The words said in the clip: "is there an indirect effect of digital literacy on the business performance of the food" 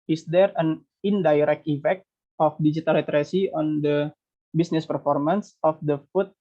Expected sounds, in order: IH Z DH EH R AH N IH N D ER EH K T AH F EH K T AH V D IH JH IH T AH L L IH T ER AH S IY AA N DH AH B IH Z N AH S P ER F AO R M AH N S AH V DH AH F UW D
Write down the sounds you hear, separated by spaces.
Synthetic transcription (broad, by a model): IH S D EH R AH N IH N D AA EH K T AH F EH K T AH F D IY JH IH T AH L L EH T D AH S IY AA N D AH B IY S N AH S P ER F AO R M AH N S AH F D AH F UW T